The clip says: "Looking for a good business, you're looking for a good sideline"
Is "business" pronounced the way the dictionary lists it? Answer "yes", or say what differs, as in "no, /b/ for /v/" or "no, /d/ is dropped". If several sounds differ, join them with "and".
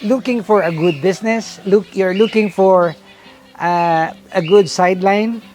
no, /s/ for /z/